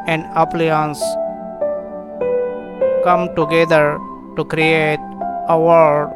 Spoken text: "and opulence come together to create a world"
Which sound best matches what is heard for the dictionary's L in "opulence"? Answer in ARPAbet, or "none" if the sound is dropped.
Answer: none